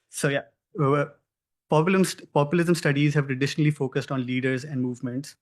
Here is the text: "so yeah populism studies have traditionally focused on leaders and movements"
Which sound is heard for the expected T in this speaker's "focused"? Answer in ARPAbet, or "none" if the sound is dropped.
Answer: T